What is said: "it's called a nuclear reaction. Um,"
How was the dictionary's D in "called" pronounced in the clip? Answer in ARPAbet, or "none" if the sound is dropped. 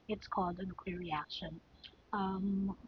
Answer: D